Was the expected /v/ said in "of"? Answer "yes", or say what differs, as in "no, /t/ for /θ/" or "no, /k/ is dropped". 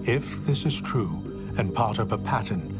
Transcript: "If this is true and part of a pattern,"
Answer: yes